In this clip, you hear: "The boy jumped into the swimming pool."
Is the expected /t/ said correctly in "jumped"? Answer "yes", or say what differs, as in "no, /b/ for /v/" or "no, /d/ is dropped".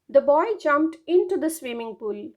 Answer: yes